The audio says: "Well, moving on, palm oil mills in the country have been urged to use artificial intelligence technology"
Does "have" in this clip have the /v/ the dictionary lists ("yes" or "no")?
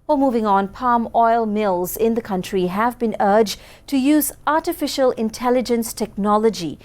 yes